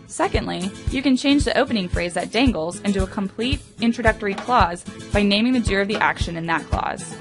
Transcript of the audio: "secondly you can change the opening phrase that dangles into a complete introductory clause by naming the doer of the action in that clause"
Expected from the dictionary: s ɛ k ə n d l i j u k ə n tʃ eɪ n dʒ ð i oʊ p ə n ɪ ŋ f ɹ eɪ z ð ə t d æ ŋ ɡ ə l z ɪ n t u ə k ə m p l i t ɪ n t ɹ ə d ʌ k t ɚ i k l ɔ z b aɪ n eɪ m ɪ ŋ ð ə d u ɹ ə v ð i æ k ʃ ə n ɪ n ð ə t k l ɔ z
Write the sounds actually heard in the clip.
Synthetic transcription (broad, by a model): s ɛ k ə n d l i j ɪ k ə n tʃ eɪ n dʒ ð i oʊ p ə n ɪ ŋ f ɹ eɪ z ð ə t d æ ŋ ɡ l z ɪ n t u ə k ə m p l i t ɪ n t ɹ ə d ʌ k t ɚ i k l ɔ z b aɪ n eɪ m ɪ ŋ ð ə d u ɹ ə v ð i æ k ʃ ə n ɪ n ð ə t k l ɔ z